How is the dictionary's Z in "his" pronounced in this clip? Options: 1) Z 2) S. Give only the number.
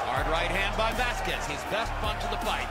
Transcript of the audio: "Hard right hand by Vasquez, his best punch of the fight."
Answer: 1